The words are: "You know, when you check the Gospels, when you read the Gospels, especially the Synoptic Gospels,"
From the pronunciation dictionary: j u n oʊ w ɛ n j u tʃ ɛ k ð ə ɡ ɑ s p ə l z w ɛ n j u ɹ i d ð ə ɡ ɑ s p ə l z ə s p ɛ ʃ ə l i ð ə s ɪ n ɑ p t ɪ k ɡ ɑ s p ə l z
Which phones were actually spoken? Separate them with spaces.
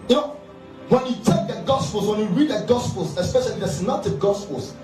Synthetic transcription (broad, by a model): j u n oʊ w ɛ n j u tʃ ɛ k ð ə ɡ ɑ s p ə l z w ɛ n j u ɹ i d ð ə ɡ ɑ s p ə l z ə s p ɛ ʃ ə l i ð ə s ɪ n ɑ t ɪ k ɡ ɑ s p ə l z